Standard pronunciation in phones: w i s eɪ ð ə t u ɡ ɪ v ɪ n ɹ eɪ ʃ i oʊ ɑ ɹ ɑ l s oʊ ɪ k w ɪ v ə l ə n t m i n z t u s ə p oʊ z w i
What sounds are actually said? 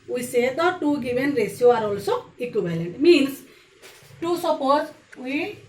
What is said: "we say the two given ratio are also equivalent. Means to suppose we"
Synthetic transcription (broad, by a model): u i s eɪ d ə t u ɡ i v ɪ n ɹ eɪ s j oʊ ɑ ɹ ɑ l s oʊ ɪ k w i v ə l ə n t m i n s t u s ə p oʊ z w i